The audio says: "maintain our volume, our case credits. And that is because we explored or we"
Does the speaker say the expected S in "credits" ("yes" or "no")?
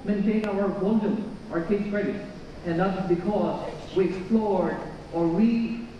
no